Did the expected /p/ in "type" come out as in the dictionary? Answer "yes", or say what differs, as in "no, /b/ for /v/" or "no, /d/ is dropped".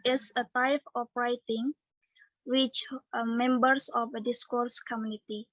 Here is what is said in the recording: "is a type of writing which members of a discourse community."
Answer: no, /f/ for /p/